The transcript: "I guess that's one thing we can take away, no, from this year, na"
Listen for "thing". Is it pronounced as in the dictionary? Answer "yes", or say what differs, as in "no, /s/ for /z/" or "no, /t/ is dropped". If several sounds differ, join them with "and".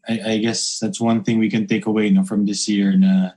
yes